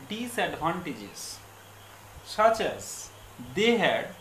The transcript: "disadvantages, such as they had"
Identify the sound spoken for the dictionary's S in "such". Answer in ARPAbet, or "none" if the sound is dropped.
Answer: S